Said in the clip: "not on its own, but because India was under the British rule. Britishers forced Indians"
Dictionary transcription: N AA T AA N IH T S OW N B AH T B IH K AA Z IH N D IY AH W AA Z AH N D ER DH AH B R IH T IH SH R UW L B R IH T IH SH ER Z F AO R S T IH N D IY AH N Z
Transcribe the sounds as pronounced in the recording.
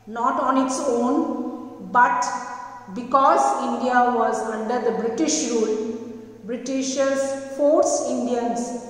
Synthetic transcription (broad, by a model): N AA T AA N IH T S OW N B AH T B IH K AA Z IH N D IY AH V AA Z AH N D ER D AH B R IH T IH SH R UW L B R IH T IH SH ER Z F AO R S IH N D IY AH N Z